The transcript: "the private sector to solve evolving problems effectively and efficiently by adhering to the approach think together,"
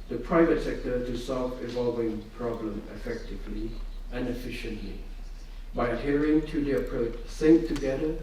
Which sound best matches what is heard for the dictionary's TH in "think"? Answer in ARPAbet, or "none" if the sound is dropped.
S